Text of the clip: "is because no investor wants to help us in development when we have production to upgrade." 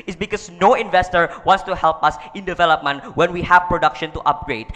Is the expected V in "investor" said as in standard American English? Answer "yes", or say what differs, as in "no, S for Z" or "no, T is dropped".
yes